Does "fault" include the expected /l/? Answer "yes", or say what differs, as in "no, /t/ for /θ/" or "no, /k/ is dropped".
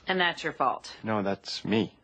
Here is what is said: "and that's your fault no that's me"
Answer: yes